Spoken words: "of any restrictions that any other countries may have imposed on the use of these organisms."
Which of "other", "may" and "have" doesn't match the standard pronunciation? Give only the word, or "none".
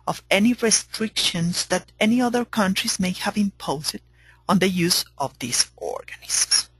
none